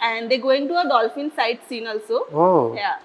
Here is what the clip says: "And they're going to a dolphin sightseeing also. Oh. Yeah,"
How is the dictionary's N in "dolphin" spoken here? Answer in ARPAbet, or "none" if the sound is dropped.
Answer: N